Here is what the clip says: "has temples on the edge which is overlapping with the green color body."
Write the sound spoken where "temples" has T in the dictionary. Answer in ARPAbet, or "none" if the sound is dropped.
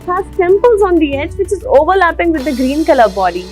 S